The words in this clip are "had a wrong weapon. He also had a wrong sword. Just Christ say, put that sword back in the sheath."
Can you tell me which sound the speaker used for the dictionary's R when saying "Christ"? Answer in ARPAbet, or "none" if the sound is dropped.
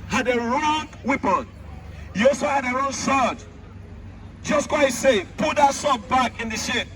W